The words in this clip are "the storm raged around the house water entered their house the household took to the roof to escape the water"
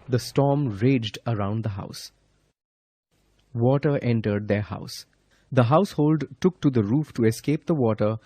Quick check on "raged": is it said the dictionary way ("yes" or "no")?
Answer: yes